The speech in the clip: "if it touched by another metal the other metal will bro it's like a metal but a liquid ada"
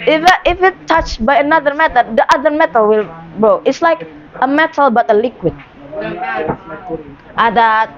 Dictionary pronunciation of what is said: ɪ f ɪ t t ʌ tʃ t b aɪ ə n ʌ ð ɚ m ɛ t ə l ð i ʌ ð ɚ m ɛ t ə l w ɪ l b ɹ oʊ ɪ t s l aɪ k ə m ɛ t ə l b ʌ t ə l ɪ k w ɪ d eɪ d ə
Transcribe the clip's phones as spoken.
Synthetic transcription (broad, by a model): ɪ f ɪ t t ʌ tʃ b aɪ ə n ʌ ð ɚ m ɛ t ə l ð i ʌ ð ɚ m ɛ t ə l w ɪ l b oʊ ɪ t s l aɪ k ə m ɛ t ə l b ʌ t ə l ɪ k w ɪ d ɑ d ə